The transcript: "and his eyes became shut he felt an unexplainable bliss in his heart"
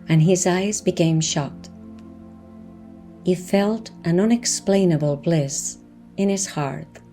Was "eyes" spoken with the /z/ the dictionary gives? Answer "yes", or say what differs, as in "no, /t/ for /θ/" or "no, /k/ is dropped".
yes